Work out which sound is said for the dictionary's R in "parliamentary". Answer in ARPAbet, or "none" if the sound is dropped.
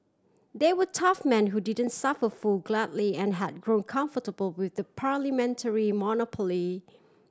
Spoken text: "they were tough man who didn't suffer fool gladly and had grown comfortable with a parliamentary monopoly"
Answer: R